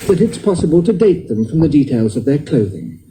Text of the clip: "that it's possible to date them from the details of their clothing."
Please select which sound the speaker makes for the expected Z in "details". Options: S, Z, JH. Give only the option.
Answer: Z